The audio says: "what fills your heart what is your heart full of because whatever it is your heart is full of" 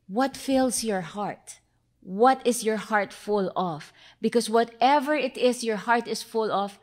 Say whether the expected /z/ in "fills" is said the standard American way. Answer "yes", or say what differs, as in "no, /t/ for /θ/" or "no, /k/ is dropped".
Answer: no, /s/ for /z/